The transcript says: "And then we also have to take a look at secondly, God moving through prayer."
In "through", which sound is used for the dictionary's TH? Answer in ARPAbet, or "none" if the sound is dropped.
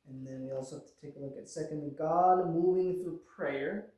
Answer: TH